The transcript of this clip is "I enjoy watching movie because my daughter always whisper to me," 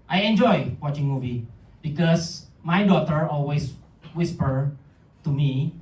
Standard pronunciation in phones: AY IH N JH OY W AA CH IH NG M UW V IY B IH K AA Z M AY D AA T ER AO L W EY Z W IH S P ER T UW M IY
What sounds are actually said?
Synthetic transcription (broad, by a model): AY IH N JH OY W AA CH IH NG M UW V IY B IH K AA S M AY D AA T ER AO L W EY S W IH S P ER T UW M IY